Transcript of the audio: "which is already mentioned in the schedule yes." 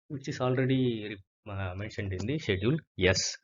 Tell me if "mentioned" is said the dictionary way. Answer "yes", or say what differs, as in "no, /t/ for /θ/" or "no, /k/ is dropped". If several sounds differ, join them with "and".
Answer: yes